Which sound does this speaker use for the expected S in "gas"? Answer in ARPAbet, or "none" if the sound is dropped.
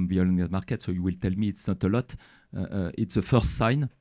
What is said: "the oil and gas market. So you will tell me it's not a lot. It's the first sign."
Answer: none